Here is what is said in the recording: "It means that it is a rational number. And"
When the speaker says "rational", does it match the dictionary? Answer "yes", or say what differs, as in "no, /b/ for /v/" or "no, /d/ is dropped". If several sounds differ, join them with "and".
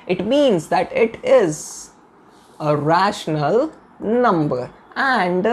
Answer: yes